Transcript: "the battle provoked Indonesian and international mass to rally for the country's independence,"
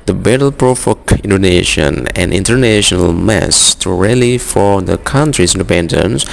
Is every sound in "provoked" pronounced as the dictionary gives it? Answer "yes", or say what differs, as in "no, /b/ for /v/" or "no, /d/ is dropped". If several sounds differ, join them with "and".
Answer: no, /f/ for /v/ and /t/ is dropped